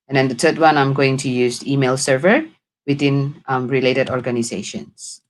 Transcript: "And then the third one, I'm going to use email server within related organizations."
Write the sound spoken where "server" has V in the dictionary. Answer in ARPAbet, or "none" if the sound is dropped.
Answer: V